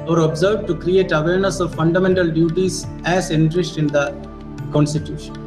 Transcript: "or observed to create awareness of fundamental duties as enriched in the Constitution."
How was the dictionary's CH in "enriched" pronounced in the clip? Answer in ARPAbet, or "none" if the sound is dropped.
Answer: S